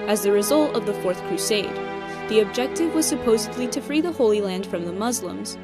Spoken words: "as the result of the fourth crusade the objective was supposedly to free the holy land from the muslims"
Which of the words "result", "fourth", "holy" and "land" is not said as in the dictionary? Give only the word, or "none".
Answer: none